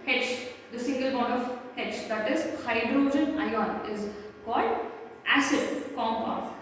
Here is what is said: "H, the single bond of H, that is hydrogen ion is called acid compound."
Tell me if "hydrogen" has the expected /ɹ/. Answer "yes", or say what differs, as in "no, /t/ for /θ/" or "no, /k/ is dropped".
yes